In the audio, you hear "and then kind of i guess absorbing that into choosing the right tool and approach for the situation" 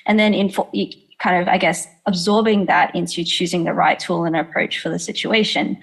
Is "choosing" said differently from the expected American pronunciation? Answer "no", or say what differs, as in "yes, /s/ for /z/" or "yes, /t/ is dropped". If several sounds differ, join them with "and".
no